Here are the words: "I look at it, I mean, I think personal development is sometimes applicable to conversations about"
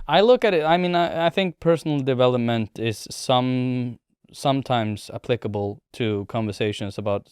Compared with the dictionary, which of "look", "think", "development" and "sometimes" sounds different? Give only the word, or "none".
none